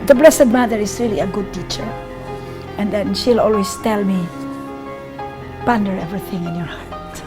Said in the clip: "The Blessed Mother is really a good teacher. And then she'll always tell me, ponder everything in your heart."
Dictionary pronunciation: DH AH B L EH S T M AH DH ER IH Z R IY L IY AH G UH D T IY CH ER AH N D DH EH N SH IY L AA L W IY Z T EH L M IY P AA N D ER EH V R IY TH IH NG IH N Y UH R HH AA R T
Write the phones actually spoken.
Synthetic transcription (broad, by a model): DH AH B L EH S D M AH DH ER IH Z R IY L IY AH G UH D T IY CH ER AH N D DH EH N SH IY L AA L W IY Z T EH L M IY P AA N D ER EH V R IY TH IH NG IH N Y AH R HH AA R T